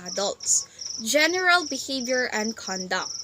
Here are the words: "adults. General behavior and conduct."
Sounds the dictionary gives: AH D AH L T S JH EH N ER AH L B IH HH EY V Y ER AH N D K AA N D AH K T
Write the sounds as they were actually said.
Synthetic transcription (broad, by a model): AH D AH L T S JH EH N ER AH L B IH HH EY V Y ER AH N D K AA N D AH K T